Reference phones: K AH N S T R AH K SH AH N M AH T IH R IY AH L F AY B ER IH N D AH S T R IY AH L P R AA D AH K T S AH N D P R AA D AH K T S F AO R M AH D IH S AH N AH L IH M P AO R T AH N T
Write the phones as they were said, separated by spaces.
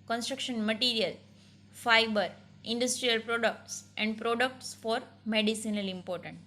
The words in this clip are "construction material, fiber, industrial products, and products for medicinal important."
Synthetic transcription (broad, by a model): K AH N S T R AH K SH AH N M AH T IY R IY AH L F AY B ER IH N D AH S T R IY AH L P R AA D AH K T S AH N D P R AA D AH K T S F AO R M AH D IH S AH N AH L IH M P AO R T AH N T